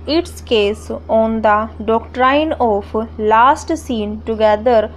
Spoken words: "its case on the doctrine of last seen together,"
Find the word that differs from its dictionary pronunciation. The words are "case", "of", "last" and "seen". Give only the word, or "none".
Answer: of